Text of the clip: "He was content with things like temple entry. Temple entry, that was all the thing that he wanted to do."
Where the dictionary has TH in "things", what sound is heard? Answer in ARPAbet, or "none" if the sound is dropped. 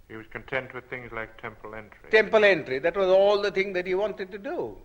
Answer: TH